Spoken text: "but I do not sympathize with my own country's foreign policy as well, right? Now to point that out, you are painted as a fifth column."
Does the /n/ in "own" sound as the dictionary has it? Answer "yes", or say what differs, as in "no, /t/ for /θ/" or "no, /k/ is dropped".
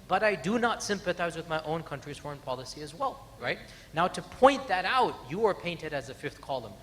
yes